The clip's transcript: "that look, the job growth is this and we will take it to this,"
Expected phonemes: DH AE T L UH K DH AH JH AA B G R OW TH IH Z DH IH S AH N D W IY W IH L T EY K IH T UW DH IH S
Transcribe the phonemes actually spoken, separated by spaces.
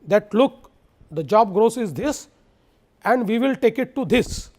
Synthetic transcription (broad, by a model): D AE T L UH K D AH JH AA B G R OW S IH Z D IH S AH N D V IY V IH L T EY K IH T UW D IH S